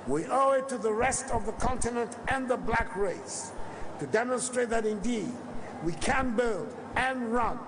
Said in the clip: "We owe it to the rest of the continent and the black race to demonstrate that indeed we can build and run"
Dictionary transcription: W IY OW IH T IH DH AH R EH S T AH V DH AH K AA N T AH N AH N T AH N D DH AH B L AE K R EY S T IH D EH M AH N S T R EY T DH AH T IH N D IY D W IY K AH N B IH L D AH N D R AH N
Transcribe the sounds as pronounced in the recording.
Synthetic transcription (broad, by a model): W IY OW IH T IH DH AH R EH S T AH V DH AH K AA N T AH N AH N T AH N DH AH B L AE K R EY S T IH D EH M AH N S T R EY T DH AH T IH N D IY D W IY K AH N B IH L D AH N R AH N